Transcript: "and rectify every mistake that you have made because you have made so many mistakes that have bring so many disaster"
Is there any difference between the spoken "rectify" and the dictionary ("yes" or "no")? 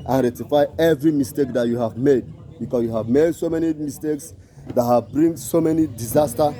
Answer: yes